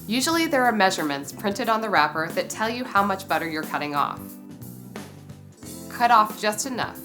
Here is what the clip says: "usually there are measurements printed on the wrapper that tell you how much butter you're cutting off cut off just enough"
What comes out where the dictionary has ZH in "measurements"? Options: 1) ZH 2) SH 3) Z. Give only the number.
1